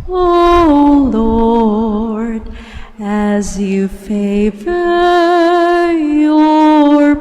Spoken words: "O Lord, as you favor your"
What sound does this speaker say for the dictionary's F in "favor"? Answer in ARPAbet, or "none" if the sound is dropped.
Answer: F